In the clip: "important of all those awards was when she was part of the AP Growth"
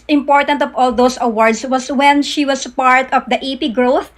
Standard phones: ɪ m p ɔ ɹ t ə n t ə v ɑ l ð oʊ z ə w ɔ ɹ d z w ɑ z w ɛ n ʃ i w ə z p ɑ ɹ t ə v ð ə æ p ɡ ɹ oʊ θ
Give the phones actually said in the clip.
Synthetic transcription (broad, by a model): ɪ m p ɔ ɹ t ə n t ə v ɑ l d oʊ s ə w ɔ ɹ d s w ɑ s w ɛ n ʃ i w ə s p ɑ ɹ t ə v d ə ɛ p ɡ ɹ oʊ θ